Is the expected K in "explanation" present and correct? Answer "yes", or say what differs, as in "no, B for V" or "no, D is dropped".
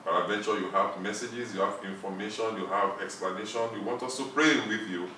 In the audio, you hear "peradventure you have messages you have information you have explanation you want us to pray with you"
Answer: yes